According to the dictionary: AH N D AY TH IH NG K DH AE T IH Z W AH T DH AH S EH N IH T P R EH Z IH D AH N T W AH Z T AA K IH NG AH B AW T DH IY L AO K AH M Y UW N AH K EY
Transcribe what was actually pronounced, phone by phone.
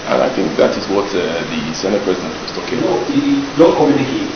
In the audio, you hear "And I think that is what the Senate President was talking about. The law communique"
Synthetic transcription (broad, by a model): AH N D AY TH IH NG K DH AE T IH Z W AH T DH AH S EH N IH T P R EH Z IH D AH N T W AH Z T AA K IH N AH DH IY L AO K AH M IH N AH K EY